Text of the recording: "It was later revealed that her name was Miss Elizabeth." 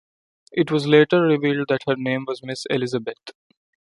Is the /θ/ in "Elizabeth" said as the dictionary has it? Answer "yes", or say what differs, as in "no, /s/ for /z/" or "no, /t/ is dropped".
no, /t/ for /θ/